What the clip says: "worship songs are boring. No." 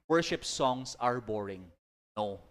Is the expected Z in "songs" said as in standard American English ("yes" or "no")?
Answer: no